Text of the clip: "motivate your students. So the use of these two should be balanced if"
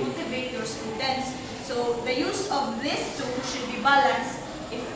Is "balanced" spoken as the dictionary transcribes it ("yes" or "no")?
no